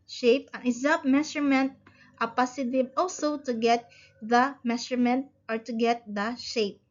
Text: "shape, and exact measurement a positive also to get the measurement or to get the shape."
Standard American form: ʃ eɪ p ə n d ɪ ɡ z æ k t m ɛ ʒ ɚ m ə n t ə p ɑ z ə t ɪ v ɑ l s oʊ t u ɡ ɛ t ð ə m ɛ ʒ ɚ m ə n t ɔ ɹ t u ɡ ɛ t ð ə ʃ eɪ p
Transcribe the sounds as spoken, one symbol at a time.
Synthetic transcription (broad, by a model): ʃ eɪ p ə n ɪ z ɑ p m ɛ ʃ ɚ m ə n t ə p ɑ s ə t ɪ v ɑ l s oʊ t u ɡ ɛ t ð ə m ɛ ʃ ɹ m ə n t ɔ ɹ t u ɡ ɛ t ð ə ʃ eɪ p